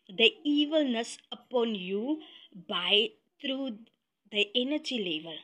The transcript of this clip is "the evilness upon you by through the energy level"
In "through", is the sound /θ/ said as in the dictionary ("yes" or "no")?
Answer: no